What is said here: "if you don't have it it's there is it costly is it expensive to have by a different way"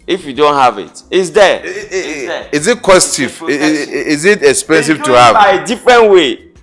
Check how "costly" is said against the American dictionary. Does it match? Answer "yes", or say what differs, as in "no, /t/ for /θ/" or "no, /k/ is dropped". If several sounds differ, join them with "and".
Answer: no, /l/ is dropped